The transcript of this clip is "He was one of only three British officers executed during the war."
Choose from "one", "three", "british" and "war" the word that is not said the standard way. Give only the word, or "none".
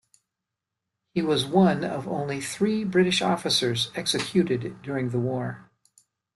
none